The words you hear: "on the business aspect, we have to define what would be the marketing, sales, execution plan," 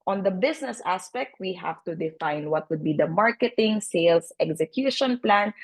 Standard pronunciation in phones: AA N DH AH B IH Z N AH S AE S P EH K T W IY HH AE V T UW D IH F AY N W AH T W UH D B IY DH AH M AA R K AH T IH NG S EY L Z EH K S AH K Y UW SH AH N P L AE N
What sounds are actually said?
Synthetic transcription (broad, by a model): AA N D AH B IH S N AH S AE S P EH K T W IY HH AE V T UW D IH F AY N W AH T W UH D B IY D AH M AA R K AH T IH NG S EY L S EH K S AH K Y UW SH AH N P L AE N